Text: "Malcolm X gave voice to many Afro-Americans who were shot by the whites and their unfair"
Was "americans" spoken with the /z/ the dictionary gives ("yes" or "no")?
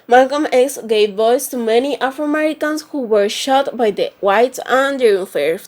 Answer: no